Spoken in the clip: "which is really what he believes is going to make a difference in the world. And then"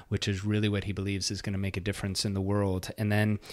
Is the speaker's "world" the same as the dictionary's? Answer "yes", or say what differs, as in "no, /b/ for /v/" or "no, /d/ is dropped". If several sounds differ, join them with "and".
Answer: yes